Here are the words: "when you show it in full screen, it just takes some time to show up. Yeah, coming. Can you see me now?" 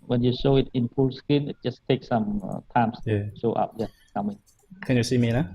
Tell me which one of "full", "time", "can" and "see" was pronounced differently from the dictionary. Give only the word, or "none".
full